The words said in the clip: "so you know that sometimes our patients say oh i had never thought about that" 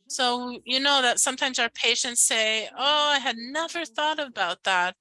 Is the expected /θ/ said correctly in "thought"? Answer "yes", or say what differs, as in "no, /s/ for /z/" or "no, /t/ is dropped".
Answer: yes